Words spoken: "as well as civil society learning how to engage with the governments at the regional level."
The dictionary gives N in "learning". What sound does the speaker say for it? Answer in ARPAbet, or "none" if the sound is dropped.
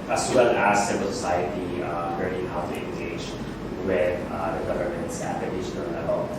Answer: none